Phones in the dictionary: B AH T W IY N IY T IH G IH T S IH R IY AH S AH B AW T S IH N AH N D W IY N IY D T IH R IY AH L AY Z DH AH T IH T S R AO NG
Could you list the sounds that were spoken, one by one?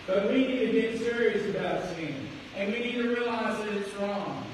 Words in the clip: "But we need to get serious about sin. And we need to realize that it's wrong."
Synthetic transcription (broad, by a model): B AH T W IY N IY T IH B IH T S IH R IY AH S AH B AW T S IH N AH N W IY N IY D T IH R IY AH L AY Z DH AH T IH T S R AO NG